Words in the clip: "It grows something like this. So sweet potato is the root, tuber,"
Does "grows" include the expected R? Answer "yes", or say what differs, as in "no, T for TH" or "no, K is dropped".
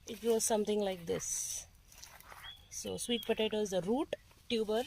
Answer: no, R is dropped